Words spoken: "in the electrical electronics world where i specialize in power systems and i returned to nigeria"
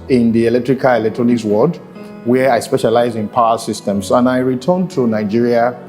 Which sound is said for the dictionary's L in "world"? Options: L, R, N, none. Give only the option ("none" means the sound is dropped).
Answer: none